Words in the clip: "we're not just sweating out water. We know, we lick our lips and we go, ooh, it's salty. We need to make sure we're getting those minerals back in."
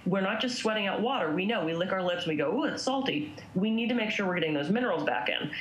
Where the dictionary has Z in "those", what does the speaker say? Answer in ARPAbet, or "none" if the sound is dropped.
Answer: Z